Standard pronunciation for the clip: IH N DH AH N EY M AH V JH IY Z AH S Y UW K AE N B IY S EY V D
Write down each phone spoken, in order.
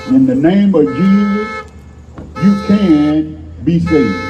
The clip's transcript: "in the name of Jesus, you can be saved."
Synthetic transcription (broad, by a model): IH N DH AH N EY M AH V JH IY Z AH S Y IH K AE N B IY S EY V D